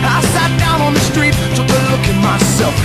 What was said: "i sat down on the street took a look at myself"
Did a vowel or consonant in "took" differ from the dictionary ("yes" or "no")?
yes